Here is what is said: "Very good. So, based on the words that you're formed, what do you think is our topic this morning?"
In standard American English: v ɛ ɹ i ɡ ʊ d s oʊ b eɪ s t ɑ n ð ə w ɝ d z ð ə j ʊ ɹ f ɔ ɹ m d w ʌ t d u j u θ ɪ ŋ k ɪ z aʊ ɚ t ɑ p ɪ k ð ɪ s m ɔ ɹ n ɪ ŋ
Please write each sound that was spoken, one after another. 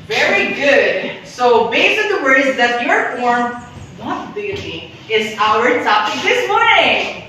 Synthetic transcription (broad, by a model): v ɛ ɹ i ɡ ʊ d s oʊ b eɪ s ɪ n ð ə w ɝ d z ð ə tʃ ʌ ɹ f ɔ ɹ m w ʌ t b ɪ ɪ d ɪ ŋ ɪ z aʊ ɚ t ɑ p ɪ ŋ ð ɪ s m ɔ ɹ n ɪ ŋ